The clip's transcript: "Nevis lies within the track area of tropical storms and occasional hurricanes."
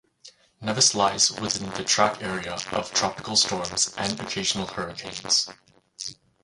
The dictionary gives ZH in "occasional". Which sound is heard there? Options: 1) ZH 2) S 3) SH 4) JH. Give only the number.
1